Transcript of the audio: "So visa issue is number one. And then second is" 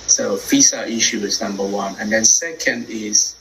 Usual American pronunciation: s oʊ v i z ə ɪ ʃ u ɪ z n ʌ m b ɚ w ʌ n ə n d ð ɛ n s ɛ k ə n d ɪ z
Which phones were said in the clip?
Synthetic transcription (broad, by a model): s oʊ f i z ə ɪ ʃ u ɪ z n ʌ m b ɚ w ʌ n ə n d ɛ n s ɛ k ə n d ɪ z